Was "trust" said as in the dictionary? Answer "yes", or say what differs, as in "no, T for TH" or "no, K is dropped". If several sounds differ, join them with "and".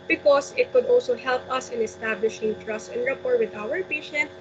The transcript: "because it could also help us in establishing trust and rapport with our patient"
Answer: yes